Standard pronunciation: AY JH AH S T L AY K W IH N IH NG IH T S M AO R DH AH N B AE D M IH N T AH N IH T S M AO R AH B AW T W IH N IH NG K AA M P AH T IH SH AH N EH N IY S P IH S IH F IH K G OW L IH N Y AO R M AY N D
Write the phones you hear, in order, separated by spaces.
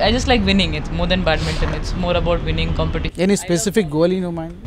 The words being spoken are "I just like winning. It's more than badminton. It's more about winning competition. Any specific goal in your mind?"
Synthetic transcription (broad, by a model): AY JH AH S T L AY K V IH N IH NG IH T S M AO R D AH N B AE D M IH N T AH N IH T S M AO R AH B AW T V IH N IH NG K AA M P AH T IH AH EH N IY S P IH S IH F IH K G OW L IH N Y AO M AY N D